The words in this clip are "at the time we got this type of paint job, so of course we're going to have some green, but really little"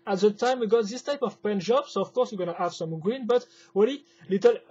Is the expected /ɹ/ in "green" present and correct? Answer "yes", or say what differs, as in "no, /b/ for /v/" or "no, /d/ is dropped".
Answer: yes